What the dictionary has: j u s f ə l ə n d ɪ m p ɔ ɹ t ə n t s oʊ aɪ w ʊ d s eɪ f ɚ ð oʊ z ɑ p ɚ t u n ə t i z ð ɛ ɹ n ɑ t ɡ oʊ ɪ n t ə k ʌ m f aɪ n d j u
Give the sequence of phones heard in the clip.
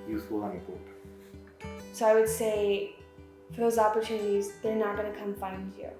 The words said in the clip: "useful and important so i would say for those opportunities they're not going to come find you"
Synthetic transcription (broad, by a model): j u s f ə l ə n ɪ p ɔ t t s oʊ aɪ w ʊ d s eɪ f ɚ ð oʊ z ɑ p ɚ t u n ə t i z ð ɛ ɹ n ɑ t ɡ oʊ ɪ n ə k ʌ m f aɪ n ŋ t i